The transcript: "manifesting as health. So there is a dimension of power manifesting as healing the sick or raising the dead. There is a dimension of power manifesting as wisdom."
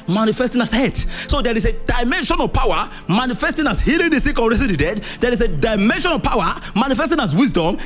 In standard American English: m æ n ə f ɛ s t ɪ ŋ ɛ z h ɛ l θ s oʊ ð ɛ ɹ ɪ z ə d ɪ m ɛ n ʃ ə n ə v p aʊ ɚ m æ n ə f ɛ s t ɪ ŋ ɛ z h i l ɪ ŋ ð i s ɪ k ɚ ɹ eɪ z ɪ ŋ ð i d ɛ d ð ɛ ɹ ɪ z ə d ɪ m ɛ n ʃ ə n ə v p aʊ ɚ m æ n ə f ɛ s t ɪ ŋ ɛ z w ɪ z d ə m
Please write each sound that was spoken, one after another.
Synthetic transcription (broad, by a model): m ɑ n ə f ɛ s t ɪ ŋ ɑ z h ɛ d s oʊ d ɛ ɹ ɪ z ə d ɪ m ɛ n ʃ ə n ə v p aʊ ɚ m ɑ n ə f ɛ s t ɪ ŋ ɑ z h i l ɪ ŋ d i s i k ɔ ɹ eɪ s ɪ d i d ɛ d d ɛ ɹ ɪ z ə d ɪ m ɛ n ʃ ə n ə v p aʊ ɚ m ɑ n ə f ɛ s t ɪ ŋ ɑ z w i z d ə m